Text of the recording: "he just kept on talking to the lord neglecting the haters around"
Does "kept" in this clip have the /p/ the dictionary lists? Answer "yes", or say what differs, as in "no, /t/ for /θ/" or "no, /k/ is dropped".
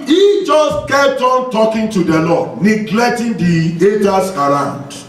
no, /p/ is dropped